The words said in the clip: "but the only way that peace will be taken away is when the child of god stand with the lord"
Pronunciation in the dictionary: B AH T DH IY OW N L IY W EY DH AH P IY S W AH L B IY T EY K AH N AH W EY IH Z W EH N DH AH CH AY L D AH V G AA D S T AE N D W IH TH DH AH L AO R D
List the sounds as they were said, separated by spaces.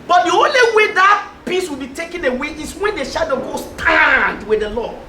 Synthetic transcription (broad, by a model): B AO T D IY OW N L IY W EY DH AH P IY S W AH L B IY T EY K AH N AH W EY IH S W EH N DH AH SH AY D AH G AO S T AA N D W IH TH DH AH L AO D